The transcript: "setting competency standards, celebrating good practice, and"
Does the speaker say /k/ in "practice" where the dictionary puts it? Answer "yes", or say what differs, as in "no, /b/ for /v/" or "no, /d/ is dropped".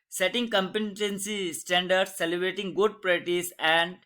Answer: no, /k/ is dropped